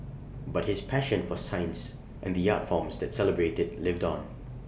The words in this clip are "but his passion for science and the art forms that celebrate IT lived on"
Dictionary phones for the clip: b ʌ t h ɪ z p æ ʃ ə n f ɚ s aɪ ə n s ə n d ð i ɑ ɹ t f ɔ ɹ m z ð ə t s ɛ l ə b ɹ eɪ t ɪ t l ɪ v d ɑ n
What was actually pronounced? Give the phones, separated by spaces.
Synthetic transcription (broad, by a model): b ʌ t h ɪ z p æ ʃ ə n f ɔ s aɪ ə n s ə n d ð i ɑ t f ɔ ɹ m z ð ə t s ɛ l ə b ɹ eɪ t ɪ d l ɪ v d ɑ n